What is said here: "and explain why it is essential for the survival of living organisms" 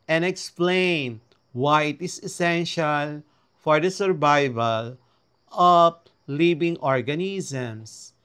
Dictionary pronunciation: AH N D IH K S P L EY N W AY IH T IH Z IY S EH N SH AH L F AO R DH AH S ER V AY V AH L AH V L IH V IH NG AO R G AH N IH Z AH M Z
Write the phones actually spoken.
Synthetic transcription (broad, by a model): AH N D IH K S P L EY N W AY IH T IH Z IY S EH N SH AH L F AO R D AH S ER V AY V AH L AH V L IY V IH NG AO R G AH N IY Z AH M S